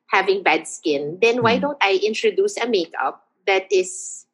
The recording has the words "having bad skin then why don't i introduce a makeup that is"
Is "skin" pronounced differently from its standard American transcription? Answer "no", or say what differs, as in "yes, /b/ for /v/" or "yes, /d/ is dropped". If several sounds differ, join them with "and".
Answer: no